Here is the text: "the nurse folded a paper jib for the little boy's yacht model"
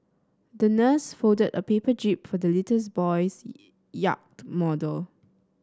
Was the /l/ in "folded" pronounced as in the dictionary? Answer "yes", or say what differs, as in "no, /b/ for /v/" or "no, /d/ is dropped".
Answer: no, /l/ is dropped